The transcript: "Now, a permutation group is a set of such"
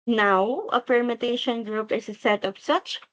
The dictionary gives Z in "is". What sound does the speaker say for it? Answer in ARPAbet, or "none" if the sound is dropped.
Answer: S